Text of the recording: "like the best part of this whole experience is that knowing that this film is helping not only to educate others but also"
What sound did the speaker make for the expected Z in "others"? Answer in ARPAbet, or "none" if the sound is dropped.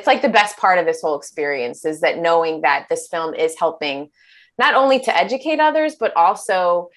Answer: Z